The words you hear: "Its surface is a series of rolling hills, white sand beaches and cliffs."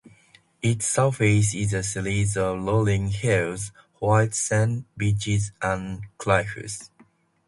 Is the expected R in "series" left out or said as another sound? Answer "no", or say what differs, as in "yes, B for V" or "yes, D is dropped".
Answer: yes, L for R